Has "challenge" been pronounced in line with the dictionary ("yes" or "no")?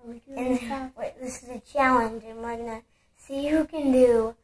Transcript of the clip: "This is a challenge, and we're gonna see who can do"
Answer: yes